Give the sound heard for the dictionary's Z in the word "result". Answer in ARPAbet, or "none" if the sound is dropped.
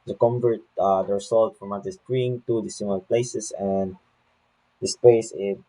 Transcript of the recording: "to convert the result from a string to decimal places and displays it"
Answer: S